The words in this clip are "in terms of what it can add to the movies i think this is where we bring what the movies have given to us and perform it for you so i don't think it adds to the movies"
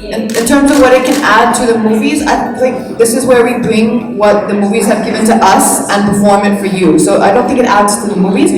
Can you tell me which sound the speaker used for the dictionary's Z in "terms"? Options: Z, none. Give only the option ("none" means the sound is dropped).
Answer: Z